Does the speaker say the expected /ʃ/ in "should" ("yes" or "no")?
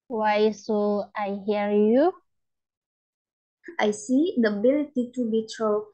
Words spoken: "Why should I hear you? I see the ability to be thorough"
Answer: no